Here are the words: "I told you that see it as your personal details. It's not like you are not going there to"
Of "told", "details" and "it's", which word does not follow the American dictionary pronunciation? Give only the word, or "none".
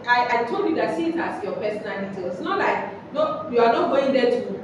details